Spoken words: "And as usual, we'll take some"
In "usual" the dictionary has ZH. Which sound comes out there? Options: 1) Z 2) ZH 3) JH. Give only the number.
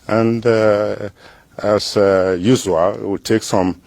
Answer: 1